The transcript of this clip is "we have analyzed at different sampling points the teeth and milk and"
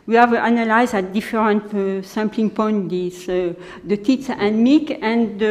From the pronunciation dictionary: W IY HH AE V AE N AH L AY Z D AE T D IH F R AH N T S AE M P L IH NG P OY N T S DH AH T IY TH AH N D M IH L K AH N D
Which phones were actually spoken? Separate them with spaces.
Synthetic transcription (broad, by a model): W IY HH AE V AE N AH L AY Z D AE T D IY F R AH N T S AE M P L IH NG P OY N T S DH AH T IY S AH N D M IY K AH N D